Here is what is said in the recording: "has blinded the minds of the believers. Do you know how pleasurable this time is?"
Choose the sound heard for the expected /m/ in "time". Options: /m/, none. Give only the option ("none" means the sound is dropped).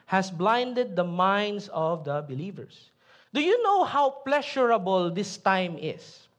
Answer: /m/